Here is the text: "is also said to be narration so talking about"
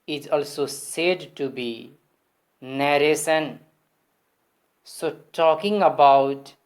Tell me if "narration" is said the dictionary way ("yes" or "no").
no